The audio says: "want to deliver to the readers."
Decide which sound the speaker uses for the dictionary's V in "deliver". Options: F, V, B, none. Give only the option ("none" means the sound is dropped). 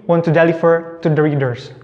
F